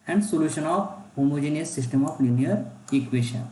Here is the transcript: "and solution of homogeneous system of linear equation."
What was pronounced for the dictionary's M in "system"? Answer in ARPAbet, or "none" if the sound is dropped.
M